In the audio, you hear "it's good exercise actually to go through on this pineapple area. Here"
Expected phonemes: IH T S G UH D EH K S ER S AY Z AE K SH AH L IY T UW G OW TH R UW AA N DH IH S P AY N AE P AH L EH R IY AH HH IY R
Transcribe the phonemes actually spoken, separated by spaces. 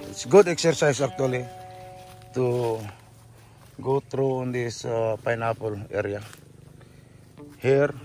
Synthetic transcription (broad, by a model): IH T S G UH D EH K S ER S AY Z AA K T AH L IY T UW G OW T R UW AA N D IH S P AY N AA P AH L EH R IY AH HH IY R